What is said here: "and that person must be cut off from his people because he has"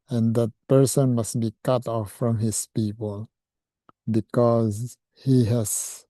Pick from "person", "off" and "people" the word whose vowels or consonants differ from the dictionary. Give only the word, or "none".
none